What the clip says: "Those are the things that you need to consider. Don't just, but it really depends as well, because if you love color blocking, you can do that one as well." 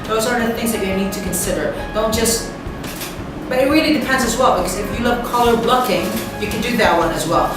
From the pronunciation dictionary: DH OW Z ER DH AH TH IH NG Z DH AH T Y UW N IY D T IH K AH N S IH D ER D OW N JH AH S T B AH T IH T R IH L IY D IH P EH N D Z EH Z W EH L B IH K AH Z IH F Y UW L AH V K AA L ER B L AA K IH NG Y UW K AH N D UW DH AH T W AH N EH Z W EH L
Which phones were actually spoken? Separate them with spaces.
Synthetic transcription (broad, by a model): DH OW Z ER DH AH TH IH NG Z DH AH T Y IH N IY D T IH K AH N S IH D ER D OW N JH AH S T B AH T IH T R IH L IY D IH P EH N D Z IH Z W EH L B IH K AH Z IH F Y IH L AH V K AA L ER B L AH K IH NG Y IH K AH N D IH DH AH T W AH N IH Z W EH L